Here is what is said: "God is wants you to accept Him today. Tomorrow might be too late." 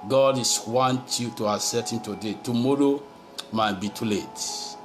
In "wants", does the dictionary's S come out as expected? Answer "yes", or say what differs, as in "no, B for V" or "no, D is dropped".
no, S is dropped